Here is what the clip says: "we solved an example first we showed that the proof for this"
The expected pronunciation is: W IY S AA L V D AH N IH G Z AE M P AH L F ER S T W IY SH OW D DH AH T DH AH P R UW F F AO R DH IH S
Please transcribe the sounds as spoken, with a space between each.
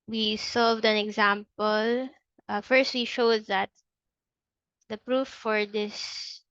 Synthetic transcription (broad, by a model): W IY S AA L V D AH N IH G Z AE M P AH L F ER S T W IY SH OW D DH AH T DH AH P R UW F F AO R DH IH S